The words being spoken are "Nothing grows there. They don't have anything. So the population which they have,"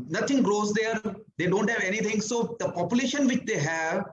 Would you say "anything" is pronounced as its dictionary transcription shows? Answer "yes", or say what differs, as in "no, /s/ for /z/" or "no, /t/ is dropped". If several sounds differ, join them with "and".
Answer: no, /t/ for /θ/